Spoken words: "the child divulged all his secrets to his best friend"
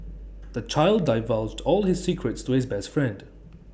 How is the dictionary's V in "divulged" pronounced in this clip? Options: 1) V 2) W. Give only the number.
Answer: 1